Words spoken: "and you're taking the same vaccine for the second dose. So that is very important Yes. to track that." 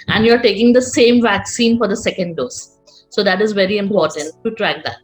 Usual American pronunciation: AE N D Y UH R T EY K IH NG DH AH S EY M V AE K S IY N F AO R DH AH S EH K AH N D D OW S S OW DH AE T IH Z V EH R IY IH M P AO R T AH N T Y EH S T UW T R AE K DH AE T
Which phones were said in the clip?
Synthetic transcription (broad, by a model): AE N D Y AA R T EY K IH NG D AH S EY M V AE K S IY N F AO R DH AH S EH K AH N D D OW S S OW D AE T IH Z V EH R IY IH M P AO R T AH N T T UW T R AE K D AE T